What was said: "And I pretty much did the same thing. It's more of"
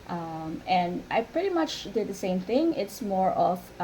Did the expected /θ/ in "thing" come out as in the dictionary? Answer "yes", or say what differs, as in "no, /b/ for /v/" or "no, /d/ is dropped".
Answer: yes